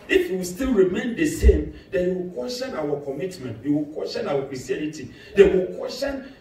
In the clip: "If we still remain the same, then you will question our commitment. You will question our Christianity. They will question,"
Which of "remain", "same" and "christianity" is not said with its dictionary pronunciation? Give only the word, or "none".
christianity